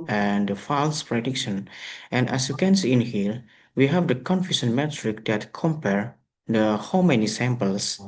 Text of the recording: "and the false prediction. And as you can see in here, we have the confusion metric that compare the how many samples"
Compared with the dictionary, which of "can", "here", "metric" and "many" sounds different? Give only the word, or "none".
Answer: here